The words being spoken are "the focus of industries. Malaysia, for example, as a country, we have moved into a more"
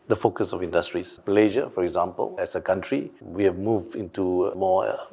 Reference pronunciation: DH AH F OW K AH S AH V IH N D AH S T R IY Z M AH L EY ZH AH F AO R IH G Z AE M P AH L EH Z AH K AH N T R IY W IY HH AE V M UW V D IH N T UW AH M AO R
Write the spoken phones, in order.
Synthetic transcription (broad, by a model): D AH F OW K AH S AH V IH N D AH S T R IY S M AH L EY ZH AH F AO R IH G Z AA M P AH L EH S AH K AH N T R IY W IY HH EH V M UW V D IH N T UW M AO